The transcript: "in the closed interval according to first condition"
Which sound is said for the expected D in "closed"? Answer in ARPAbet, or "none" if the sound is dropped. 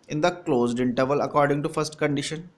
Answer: D